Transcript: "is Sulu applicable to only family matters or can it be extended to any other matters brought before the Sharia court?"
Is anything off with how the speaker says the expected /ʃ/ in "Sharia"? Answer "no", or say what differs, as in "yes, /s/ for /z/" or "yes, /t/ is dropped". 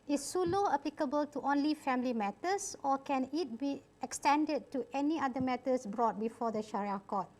no